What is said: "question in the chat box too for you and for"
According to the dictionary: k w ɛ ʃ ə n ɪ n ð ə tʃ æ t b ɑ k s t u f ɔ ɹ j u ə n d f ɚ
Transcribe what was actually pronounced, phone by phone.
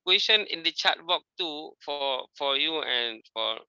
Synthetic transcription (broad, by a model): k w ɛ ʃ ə n ɪ n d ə tʃ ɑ t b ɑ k t u f ɔ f j u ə n f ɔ